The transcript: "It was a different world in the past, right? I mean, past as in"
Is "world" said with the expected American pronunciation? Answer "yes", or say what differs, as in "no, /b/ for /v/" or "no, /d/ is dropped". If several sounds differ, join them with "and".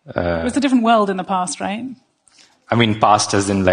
yes